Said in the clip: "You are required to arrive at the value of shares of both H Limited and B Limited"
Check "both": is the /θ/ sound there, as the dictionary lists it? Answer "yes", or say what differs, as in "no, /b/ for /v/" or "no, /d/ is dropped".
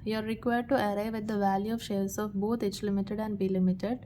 no, /t/ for /θ/